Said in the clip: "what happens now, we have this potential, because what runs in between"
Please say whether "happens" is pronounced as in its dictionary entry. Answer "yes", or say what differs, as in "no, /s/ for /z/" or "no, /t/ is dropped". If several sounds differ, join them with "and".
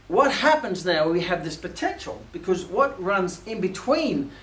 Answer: yes